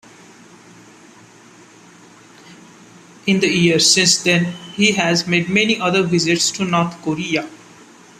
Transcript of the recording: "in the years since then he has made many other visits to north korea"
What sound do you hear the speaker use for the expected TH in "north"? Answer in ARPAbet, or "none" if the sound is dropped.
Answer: T